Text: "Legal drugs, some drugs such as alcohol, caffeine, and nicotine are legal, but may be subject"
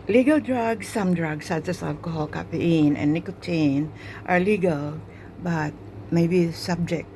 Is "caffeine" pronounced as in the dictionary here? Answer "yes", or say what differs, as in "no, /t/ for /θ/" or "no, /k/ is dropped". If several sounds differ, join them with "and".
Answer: no, /n/ is dropped